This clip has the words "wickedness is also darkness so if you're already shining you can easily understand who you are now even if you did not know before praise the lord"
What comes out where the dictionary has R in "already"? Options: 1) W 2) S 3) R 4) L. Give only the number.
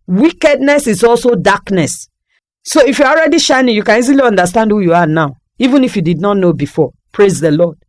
3